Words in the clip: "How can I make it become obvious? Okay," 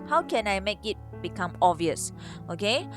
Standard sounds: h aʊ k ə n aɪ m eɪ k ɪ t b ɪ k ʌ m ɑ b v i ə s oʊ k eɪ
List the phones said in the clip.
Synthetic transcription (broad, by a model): h aʊ k ə n aɪ m eɪ k ɪ t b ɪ k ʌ m ɑ v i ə s oʊ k eɪ